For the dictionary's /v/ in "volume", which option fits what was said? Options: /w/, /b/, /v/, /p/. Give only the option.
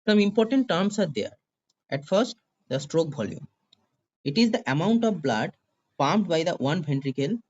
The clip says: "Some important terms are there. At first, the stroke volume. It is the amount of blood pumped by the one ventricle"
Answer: /b/